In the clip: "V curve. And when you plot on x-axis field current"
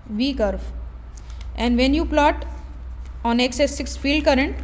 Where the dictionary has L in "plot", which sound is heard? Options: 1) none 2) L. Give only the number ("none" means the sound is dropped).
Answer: 2